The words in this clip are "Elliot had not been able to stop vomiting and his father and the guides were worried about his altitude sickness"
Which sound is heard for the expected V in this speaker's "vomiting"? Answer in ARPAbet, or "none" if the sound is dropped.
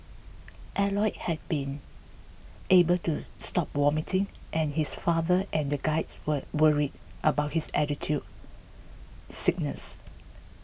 W